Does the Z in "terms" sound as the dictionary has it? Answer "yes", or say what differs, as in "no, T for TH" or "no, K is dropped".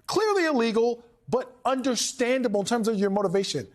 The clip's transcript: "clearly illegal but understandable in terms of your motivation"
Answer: yes